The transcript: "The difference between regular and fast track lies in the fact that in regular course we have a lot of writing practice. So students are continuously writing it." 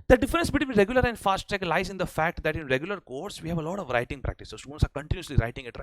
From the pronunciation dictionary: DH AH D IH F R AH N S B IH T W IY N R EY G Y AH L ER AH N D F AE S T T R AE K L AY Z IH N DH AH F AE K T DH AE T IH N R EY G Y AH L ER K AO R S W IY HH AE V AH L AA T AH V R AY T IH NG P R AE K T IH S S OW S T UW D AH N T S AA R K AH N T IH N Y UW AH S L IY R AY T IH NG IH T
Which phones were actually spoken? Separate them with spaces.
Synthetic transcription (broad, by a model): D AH D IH F R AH N S B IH T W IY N R EY G Y AH L ER AH N D F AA S T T EH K L AY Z IH N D AH F AE K T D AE T IH N R EY G Y AH L ER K AO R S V IY HH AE V AH L AA T AH V R AY T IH NG P R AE K T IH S S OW S T UW D AH N T S AA R K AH N T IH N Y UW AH S L IY R AY T IH NG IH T